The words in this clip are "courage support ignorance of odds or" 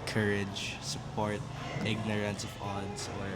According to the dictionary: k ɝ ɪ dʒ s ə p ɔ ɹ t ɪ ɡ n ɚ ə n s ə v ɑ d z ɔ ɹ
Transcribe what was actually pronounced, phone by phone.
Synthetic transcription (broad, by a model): k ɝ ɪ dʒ s ə p ɔ ɹ t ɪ ɡ n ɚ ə n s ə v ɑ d s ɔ ɹ